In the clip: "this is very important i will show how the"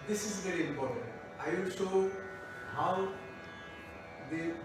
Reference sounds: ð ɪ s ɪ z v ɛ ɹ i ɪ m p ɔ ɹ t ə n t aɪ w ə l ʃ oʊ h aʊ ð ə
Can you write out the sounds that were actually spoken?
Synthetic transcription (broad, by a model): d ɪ s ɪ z v ɛ ɹ i ɪ m p ɔ ɹ t ə n t aɪ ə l s oʊ h aʊ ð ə